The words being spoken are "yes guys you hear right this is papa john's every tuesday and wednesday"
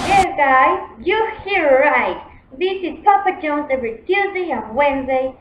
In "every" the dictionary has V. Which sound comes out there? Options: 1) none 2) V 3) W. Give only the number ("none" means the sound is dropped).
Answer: 1